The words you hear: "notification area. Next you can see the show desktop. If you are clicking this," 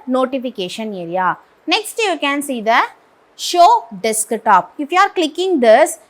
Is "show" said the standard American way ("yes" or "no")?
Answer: yes